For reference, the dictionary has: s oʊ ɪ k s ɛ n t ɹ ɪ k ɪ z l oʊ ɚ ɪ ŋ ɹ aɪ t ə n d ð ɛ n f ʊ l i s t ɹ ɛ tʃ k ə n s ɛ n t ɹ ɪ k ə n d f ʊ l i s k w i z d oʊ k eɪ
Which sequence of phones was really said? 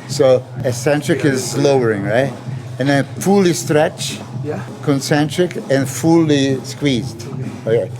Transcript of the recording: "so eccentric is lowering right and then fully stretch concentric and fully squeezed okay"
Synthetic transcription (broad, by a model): s oʊ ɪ s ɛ n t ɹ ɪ k ɪ z l oʊ ɚ ɪ ŋ ɹ aɪ t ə n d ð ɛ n f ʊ l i s t ɹ ɛ tʃ k ə n s ɛ n t ɹ ɪ k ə n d f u l i s k w i z d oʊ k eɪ